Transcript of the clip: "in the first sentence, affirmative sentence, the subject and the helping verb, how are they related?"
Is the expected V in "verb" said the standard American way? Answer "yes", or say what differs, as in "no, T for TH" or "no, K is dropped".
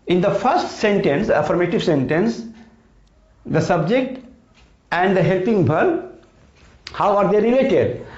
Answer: no, B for V